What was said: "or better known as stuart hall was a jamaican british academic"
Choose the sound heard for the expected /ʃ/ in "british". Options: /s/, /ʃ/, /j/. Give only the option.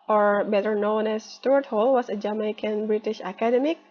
/ʃ/